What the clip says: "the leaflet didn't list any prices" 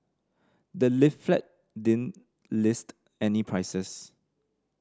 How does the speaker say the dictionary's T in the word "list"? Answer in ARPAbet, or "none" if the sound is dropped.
T